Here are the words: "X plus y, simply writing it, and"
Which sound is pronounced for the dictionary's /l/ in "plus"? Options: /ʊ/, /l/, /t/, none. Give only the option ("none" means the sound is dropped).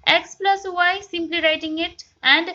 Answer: /l/